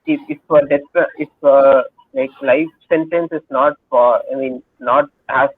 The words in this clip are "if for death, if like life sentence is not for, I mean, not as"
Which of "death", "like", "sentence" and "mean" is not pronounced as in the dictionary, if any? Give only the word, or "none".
death